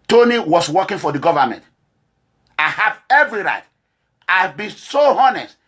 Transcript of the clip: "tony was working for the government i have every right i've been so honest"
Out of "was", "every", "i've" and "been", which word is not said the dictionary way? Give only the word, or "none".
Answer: was